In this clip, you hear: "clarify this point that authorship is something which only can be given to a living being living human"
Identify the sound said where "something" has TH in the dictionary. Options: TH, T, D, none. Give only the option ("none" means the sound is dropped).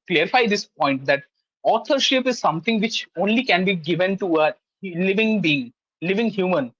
T